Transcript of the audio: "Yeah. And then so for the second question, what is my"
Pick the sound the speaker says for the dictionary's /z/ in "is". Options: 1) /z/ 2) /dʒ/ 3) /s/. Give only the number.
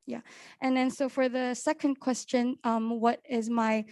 1